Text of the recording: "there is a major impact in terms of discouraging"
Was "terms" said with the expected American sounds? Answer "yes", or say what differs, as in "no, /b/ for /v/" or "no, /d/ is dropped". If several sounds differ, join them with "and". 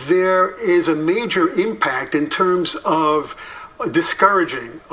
yes